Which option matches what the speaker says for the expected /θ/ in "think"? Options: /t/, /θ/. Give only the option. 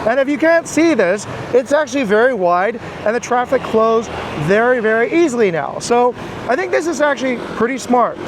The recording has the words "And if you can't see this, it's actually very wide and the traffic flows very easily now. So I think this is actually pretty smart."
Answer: /θ/